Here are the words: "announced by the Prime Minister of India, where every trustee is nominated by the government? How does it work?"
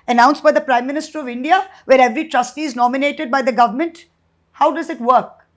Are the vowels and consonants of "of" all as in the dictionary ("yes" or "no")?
yes